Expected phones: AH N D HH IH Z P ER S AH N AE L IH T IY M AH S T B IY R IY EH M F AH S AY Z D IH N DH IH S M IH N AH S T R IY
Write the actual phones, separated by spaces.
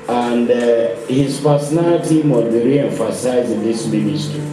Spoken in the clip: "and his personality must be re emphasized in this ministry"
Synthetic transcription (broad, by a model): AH N D HH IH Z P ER S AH N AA L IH T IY M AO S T B IY R IY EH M F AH S AY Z IH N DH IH S M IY N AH S T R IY